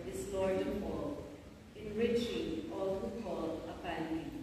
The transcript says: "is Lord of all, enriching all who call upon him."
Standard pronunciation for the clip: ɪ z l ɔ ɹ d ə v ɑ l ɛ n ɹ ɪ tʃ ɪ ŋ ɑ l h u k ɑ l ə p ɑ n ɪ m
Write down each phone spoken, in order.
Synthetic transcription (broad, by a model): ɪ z l ɔ ɹ d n p ɑ l ɛ n ɹ ɪ tʃ ɪ ŋ ɑ l h u k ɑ l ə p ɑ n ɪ